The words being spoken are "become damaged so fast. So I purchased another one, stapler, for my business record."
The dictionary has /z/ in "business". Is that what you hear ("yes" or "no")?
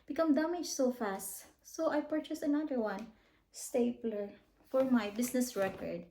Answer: no